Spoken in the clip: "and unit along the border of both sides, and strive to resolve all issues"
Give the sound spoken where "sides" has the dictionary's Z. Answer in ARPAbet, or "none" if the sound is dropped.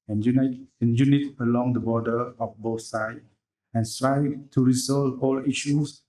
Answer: none